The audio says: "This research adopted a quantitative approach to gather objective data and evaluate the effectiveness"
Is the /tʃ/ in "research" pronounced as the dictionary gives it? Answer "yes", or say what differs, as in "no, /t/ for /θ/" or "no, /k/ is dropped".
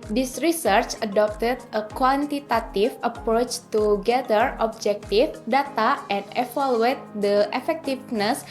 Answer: yes